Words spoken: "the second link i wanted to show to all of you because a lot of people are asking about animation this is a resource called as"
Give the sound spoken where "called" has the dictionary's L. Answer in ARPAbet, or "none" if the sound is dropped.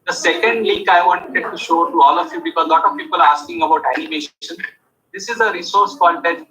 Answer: N